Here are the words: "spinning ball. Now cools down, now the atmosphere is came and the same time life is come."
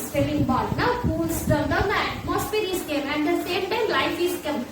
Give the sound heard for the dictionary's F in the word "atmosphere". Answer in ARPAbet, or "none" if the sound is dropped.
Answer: P